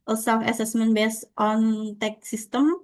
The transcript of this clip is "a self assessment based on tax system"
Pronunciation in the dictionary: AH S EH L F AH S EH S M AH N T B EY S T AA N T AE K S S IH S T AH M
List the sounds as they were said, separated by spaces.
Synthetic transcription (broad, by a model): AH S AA F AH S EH S M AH N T B EY S T AA N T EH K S S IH S T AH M